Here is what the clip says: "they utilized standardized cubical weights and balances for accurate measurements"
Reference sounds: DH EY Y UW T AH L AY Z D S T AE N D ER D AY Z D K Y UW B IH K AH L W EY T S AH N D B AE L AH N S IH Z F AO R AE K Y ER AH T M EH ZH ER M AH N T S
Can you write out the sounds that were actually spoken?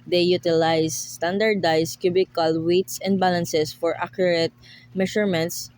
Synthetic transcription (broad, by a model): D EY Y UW T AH L AY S T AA N D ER D AY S K Y UW B IH K AH L W EY T S AH N D B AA L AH N S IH S F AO R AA K Y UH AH T M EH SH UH M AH N T S